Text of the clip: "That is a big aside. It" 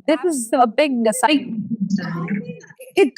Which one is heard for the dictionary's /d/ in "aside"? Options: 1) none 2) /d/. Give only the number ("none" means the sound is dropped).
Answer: 1